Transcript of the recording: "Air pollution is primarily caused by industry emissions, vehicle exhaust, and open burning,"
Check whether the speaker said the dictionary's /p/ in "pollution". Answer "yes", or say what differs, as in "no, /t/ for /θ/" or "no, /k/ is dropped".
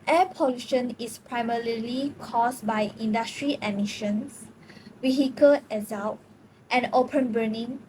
yes